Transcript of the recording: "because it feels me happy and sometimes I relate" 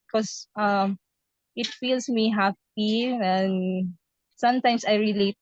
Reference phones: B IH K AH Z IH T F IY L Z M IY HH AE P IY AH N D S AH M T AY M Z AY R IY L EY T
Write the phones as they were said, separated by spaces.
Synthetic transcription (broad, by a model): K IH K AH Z IH T F IY L S M IY HH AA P IY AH N S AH M T AY M S AY R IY L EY T